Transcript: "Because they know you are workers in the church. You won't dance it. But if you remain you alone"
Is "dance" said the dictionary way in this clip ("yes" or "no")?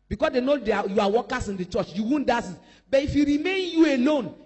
no